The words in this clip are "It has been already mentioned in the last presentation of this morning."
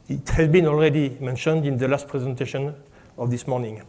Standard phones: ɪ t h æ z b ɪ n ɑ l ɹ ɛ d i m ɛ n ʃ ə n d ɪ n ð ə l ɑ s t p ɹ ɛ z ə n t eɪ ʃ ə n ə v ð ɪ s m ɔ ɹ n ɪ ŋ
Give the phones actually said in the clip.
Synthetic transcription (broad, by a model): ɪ t h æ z b ɪ n ɑ l ɹ ɛ d i m ɛ n ʃ ə n d ɪ n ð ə l ɑ s t p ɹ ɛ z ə n t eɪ ʃ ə n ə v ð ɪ s m ɔ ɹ n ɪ ŋ